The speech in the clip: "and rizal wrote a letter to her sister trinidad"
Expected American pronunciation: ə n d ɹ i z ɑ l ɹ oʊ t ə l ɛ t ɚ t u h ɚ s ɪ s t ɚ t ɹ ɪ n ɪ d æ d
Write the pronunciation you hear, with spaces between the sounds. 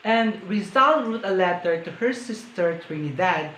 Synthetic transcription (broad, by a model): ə n d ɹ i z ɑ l w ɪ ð ə l ɛ t ɚ t u h ɚ s ɪ s t ɚ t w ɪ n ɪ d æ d